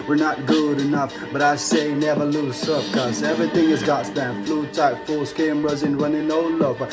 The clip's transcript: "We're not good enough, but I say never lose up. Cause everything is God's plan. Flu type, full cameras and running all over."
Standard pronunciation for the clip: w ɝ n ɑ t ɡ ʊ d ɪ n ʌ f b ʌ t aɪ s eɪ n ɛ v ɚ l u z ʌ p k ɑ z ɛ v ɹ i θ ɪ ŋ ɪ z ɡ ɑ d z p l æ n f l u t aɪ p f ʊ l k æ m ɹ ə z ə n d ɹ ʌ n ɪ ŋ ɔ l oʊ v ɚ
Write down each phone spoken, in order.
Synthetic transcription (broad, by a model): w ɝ n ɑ t ɡ ʊ d ɪ n ʌ f b ʌ t aɪ s eɪ n ɛ v ɚ l u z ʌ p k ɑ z ɛ v ɹ i θ ɪ ŋ ɪ z ɡ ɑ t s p æ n f l u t aɪ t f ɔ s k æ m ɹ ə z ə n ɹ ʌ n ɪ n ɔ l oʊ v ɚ